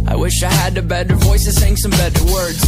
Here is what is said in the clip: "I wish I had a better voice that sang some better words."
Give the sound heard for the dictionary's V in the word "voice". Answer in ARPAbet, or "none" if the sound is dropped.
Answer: V